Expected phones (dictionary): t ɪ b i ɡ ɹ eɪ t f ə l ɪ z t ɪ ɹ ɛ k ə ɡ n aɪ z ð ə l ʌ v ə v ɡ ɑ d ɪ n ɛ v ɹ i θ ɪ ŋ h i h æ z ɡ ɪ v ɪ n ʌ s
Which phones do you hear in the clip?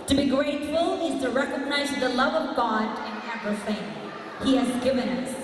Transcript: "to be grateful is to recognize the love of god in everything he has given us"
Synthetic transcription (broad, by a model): t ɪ b i ɡ ɹ eɪ t f ə l ɪ z t ɪ ɹ ɛ k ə ɡ n aɪ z ð ə l ʌ v ə v ɡ ɑ d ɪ n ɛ p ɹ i f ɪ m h i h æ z ɡ ɪ v ɪ n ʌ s